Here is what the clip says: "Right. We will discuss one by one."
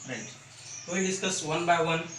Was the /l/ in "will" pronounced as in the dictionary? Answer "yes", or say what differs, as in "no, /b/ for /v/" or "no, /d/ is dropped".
no, /n/ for /l/